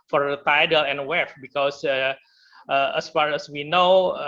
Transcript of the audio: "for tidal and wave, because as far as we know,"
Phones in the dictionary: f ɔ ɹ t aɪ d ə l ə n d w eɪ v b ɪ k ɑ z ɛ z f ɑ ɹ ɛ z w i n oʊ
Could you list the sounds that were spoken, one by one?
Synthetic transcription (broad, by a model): f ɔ ɹ t aɪ d ə l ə n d w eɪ f b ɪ k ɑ s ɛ s f ɑ ɹ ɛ s w i n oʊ